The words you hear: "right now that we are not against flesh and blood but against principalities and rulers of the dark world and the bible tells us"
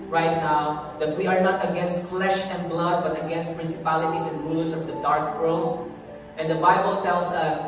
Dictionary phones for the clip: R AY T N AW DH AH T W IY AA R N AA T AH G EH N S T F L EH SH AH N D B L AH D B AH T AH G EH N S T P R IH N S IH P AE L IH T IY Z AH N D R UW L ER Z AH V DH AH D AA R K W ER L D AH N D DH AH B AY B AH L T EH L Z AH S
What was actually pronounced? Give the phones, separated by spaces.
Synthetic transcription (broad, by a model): R AY T N AW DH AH T W IY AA R N AA T AH G EH N S T F L EH SH AH N D B L AH D B AH T AH G EH N S T P R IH N S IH P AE L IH T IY S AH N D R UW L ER S AH V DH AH D AA R K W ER L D AH N D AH B AY B AH L T EH L S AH S